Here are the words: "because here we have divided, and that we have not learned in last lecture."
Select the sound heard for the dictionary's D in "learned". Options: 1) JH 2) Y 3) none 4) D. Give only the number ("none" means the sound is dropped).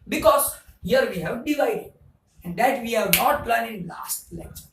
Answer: 3